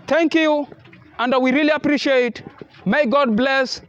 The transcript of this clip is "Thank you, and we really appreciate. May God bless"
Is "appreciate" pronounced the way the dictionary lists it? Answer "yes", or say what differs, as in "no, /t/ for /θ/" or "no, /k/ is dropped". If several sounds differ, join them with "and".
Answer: yes